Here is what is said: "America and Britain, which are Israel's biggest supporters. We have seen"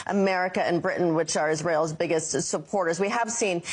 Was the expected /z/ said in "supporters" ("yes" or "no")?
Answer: yes